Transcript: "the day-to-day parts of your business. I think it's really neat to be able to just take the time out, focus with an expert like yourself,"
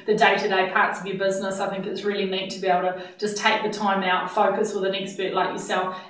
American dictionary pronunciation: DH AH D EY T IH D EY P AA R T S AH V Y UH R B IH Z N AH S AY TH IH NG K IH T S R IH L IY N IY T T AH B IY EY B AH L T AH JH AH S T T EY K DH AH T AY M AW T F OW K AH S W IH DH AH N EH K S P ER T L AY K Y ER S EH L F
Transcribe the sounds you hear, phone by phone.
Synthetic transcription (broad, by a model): DH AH D EY T IH D EY P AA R T S AH V Y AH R B IH Z N AH S AY TH IH NG K IH T S R IH L IY N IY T T AH B IY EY AH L T AH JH AH S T T EY K DH AH T AY M AW T F OW K AH S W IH DH AH N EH K S B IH T L AY K Y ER S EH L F